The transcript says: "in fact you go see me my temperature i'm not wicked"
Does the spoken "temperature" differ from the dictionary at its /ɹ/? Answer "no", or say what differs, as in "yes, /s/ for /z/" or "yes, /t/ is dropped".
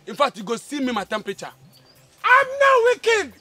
yes, /ɹ/ is dropped